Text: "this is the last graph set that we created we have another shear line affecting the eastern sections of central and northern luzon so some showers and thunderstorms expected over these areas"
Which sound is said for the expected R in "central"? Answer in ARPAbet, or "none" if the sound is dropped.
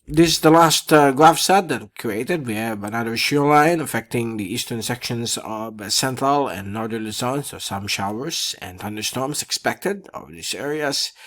R